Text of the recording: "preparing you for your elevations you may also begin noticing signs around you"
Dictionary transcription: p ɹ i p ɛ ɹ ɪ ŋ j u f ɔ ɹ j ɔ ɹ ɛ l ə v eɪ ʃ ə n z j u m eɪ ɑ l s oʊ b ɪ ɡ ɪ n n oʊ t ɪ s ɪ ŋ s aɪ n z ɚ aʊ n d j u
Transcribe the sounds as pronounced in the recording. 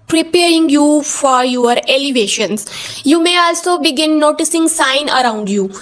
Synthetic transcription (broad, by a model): p ɹ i p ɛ ɹ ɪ ŋ j u f ɔ ɹ j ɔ ɹ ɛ l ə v eɪ ʃ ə n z j u m eɪ ɑ l s oʊ b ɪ ɡ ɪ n n oʊ t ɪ s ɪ ŋ s aɪ n ɚ aʊ n d j u